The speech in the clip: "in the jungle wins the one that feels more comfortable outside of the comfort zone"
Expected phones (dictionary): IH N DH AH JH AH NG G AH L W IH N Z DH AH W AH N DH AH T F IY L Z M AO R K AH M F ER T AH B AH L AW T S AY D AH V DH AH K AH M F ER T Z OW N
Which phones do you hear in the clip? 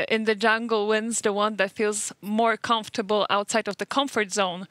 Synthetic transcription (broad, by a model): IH N DH AH JH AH NG G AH L W IH N Z DH AH W AH N DH AH T F IY L Z M AO R K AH M F T AH B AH L AW T S AY D AH V DH AH K AH M F ER T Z OW N